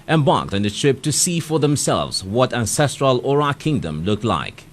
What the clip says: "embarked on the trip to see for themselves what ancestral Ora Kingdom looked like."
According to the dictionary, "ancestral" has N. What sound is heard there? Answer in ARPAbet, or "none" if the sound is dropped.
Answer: N